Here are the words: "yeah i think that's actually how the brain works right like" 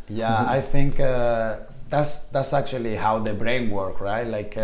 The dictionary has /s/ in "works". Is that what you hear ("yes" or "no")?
no